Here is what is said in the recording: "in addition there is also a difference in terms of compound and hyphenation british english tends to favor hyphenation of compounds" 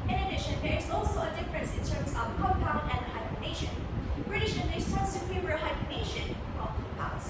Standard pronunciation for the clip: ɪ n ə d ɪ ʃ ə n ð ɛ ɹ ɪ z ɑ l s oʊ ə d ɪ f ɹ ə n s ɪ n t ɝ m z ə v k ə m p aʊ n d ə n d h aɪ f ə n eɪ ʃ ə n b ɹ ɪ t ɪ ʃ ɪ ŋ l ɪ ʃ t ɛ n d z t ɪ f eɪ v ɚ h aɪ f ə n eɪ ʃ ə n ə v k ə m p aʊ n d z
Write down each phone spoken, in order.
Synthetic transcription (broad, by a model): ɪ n ə d ɪ ʃ ə n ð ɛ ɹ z ɑ l s oʊ ə d ɪ f ɹ ə n s ɪ n t ɝ m z ə v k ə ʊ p aʊ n ə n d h aɪ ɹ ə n eɪ ʃ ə n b ɹ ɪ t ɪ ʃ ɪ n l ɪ s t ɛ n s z t ɪ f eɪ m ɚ h aɪ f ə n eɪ ʃ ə n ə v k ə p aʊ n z